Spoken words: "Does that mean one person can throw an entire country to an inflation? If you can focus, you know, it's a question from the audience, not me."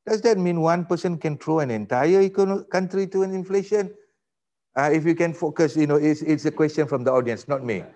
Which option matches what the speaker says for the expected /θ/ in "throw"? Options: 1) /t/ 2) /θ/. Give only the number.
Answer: 1